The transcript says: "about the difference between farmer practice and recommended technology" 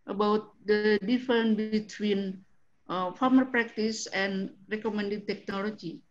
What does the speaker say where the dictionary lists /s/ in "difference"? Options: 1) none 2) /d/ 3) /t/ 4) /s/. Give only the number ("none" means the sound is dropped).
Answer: 1